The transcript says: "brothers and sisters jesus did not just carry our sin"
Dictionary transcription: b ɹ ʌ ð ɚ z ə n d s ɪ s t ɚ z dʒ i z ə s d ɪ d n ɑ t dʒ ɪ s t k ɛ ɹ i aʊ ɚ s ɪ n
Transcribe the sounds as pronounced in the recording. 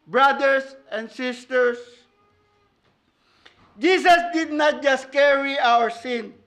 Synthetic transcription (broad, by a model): b ɹ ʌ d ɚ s ə n d s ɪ s t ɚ s dʒ i s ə s d ɪ d n ɑ t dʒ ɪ s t k ɛ ɹ i aʊ ɚ s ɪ n